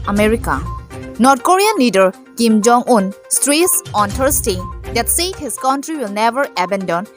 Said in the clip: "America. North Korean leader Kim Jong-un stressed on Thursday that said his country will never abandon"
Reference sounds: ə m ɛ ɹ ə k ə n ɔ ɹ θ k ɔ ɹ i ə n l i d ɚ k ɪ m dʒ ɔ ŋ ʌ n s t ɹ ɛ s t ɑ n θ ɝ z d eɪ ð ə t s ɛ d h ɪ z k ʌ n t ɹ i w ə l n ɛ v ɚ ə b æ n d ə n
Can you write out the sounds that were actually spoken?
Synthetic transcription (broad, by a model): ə m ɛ ɹ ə k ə n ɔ ɹ t k ɔ ɹ i ə n l i d ɚ k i m dʒ ɔ ŋ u n s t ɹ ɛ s ɑ n t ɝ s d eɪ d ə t s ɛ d h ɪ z k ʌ n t ɹ i w ə l n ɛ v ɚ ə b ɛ n d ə n